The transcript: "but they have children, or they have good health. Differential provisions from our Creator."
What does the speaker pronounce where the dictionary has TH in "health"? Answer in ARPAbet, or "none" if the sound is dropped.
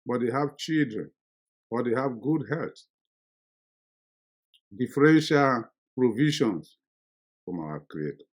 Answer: T